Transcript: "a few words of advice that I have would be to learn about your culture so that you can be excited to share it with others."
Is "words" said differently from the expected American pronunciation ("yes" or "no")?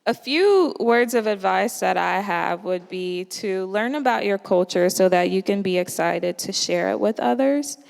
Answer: no